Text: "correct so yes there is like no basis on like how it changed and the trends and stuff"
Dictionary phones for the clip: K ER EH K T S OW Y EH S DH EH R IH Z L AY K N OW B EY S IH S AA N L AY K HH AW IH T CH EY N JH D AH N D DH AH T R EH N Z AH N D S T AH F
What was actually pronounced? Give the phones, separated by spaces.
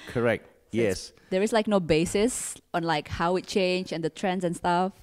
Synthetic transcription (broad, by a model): K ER EH K T Y EH S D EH R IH S L AY K N OW B EY S IH S AA N L AY K HH AW IH T CH EY N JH AH N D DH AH T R EH N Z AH N S T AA F